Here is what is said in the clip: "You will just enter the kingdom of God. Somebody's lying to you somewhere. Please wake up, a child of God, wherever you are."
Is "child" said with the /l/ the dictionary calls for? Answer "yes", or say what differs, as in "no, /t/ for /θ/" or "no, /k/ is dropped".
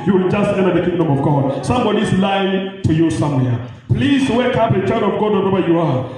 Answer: no, /l/ is dropped